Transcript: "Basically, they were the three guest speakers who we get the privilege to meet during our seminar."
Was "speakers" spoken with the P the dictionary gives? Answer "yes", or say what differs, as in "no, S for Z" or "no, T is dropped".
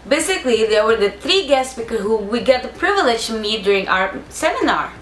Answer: no, B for P